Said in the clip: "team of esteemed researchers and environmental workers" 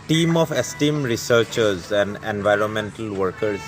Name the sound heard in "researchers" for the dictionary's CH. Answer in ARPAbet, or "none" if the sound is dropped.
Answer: CH